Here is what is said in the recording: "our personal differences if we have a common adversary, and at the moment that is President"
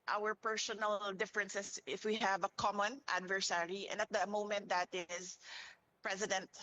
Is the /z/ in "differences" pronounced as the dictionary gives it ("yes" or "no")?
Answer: no